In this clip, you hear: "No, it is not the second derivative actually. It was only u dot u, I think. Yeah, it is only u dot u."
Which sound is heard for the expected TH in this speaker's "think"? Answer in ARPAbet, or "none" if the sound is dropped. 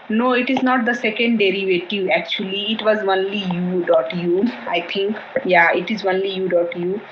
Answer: T